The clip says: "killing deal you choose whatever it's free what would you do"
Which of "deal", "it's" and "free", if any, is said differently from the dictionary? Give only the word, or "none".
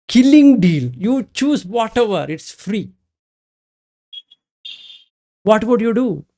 none